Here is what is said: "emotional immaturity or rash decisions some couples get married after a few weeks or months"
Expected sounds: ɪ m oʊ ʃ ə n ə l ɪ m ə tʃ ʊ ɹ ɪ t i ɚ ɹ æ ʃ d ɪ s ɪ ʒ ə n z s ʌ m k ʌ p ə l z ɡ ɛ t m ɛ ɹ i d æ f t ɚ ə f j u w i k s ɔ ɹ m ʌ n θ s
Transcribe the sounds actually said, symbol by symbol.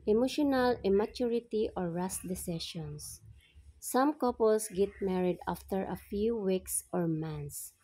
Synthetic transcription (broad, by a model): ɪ m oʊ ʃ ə n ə l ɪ m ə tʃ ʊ ɹ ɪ t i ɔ ɹ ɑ s d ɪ s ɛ ʃ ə n s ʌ m k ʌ p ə l s ɡ ɛ t m ɛ ɹ i d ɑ f t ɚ ə f j u w i k s ɔ ɹ m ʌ n s